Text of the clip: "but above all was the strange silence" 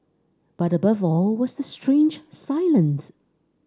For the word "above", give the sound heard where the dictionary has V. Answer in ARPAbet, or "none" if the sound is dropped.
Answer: V